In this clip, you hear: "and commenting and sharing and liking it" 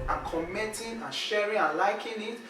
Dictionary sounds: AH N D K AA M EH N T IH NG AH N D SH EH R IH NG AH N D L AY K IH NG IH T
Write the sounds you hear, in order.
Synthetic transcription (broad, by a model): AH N K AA M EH T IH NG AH N SH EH R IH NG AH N L AY K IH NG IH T